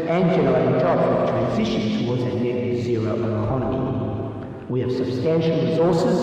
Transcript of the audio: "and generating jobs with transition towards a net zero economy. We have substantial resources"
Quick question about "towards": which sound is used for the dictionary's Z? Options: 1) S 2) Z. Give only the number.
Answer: 2